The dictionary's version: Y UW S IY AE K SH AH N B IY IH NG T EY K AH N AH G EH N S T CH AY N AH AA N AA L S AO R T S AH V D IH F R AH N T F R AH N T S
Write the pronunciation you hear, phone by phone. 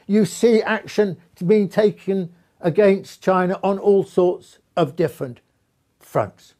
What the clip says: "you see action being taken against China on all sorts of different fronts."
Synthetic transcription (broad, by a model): Y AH S IY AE K SH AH N B IY IH NG T EY K AH N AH G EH N S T CH AY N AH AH N AA L S AO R T S AH V D IH F R AH N T F R AH N T S